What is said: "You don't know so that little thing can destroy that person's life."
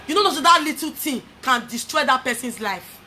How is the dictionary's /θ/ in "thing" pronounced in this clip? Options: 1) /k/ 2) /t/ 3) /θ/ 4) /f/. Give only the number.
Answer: 2